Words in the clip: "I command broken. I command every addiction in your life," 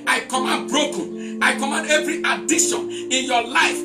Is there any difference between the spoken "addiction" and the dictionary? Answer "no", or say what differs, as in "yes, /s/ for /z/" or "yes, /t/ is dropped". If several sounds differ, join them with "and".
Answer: yes, /k/ is dropped